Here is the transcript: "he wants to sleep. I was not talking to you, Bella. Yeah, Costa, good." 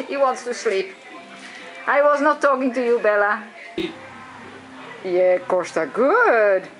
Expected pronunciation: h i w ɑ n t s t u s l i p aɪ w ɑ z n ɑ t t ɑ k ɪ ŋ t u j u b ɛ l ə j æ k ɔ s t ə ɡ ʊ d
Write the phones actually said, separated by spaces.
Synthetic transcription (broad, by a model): h i w ɑ n t s t u s l i p aɪ w ɑ z n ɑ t t ɑ k ɪ ŋ t u j u b ɛ l ə j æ k ɔ s t ə ɡ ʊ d